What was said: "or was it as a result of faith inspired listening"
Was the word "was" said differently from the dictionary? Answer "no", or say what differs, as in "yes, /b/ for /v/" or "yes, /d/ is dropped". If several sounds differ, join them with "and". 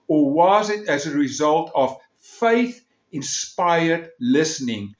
no